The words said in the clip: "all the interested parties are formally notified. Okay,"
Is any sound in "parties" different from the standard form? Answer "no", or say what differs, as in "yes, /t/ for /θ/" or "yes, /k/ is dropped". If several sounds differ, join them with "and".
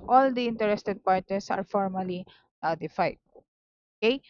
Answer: yes, /s/ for /z/